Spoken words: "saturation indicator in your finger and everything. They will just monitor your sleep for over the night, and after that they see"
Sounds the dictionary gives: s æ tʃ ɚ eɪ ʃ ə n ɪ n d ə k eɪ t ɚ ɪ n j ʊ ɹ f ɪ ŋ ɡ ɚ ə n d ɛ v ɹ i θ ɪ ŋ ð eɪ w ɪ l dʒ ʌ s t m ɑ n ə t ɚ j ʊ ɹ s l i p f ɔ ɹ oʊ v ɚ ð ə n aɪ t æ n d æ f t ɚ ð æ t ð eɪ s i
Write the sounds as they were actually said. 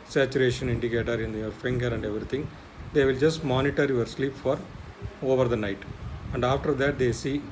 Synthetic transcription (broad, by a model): s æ tʃ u eɪ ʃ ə n ɪ n d ə k eɪ t ɚ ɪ n j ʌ ɹ f ɪ ŋ ɡ ɚ ə n d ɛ v ɹ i t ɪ ŋ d eɪ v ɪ l dʒ ʌ s t m ɑ n ə t ɚ j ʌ ɹ s l i p f ɔ ɹ oʊ v ɚ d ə n aɪ t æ n d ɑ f t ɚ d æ t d eɪ s i